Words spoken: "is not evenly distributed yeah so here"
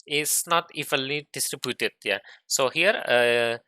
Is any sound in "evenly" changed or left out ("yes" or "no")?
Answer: yes